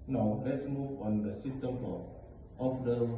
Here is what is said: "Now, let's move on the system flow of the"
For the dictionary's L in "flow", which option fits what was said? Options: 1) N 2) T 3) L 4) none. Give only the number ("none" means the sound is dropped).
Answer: 4